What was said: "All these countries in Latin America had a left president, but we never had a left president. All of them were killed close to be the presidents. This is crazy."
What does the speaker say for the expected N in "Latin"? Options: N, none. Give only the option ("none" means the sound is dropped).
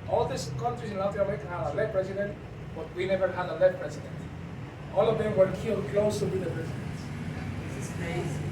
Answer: none